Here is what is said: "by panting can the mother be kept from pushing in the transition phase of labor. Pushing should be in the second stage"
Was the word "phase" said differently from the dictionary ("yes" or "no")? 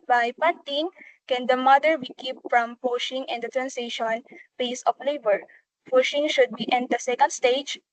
yes